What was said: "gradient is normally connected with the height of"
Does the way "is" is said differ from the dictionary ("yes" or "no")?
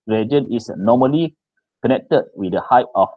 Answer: yes